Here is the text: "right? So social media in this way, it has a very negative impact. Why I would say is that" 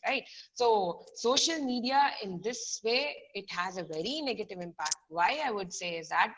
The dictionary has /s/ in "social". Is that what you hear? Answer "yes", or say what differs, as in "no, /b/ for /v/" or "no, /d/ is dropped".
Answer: yes